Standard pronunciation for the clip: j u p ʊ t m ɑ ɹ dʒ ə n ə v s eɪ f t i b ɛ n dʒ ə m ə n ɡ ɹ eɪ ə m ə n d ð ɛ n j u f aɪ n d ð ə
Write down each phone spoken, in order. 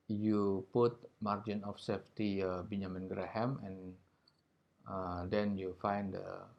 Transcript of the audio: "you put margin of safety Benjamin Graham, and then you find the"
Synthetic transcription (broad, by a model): j u p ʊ t m ɑ ɹ dʒ ə n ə f s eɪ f t i b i n ə m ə n ɡ ɹ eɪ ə m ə n d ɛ n j u f aɪ n d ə